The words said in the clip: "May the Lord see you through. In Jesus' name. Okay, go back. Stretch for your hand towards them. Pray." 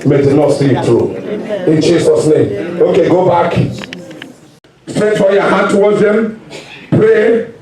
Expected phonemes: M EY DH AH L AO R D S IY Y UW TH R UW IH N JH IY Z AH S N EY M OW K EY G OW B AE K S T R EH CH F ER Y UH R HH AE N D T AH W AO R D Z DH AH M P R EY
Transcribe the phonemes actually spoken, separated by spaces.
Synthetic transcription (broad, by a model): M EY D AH N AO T S IY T R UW IH N JH IY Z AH S N EY M OW K EY G OW B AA K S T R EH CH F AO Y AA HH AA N T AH W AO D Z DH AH M P R EY